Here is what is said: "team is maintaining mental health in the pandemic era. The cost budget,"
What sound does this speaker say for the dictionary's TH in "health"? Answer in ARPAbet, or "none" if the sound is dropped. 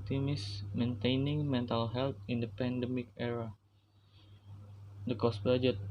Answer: T